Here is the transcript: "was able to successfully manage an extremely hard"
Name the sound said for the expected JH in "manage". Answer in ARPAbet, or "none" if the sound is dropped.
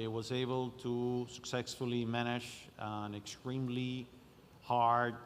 SH